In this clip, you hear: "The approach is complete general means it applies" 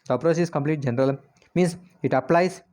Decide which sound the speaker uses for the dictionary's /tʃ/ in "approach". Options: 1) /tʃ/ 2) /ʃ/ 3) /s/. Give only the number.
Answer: 3